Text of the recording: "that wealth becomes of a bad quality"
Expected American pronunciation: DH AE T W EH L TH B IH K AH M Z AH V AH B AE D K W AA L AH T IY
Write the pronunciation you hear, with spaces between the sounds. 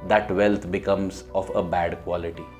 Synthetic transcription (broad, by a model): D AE T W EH L T B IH K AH M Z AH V AH B AE D K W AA L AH T IY